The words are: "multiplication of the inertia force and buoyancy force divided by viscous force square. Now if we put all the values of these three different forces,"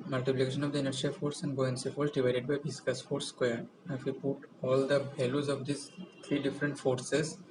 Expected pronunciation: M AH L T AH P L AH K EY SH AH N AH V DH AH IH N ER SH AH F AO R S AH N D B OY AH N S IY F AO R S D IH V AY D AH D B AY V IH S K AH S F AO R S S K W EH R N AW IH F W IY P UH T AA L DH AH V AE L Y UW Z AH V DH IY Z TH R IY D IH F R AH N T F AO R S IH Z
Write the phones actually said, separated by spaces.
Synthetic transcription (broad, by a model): M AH L T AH P L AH K EY SH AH N AH V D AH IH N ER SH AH F AO R S AH N D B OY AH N S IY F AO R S D IH V AY D AH D B AY B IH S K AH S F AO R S S K W EH R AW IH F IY P UH T AA L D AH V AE L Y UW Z AH V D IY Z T R IY D IH F R AH N T F AO R S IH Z